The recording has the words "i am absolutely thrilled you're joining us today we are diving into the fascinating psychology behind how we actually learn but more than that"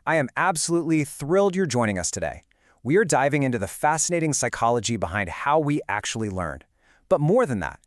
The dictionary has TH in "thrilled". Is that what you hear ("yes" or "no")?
yes